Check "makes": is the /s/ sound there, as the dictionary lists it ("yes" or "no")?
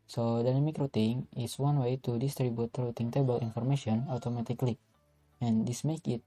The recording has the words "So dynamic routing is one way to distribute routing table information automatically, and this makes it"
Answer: no